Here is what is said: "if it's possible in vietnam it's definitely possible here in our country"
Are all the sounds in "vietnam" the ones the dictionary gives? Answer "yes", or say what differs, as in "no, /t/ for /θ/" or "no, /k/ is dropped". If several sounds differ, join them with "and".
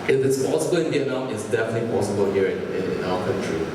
no, /m/ is dropped